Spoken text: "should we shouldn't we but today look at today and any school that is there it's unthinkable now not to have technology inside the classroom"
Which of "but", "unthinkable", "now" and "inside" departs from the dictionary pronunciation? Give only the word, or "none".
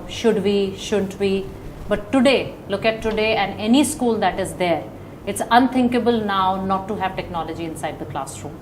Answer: unthinkable